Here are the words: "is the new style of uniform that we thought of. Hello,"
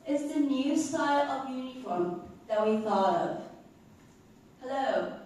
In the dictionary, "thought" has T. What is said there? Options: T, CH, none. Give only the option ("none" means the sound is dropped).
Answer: none